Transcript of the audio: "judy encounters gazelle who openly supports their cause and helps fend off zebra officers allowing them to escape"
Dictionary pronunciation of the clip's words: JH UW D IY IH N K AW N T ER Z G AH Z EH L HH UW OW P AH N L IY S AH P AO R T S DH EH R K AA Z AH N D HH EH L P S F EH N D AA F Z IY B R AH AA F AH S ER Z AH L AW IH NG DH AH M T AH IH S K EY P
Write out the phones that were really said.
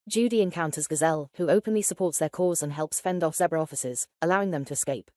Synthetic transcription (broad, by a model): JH UW D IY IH N K AW N T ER Z G AH Z EH L HH UW OW P AH N L IY S AH P AO T S DH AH K AA Z AH N HH EH L P S F EH N D AA F S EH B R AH AA F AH S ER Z AH L AW IH NG DH AH M T AH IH S K EY P